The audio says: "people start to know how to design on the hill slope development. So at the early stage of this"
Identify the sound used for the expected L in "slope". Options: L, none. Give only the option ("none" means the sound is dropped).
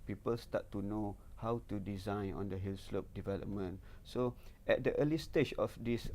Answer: L